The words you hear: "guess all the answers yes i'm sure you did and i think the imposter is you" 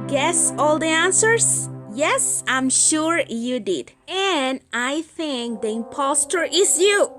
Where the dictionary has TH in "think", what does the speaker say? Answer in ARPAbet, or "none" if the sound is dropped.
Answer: TH